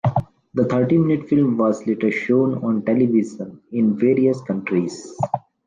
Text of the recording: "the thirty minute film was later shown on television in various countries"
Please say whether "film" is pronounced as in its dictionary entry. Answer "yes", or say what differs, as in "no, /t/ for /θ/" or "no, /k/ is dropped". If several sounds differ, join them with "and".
yes